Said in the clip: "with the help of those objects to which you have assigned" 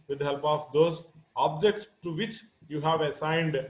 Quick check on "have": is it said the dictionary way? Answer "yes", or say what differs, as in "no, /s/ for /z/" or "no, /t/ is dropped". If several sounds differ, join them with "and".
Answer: yes